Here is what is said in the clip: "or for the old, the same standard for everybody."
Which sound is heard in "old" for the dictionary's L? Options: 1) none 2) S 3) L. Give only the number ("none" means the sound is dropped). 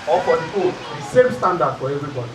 1